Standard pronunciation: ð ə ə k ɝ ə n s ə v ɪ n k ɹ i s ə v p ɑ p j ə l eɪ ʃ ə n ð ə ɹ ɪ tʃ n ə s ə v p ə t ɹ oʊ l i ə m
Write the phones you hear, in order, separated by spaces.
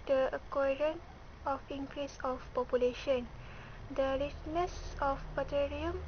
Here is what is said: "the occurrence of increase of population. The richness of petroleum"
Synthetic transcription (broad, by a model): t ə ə k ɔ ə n ə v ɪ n k ɹ i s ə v p ɑ p j ə l eɪ ʃ ə n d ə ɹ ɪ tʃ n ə s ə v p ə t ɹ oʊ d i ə m